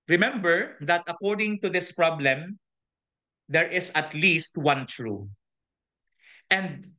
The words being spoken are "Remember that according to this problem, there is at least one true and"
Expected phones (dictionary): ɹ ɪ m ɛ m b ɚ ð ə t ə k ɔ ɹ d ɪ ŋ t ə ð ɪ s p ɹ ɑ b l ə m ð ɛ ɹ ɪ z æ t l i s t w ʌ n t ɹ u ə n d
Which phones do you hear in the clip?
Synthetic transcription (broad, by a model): ɹ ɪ m ɛ m b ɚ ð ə t ə k ɔ ɹ d ɪ ŋ t ə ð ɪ s p ɹ ɑ b l ə m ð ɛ ɹ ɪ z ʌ t l i s t w ʌ n t ɹ u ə n d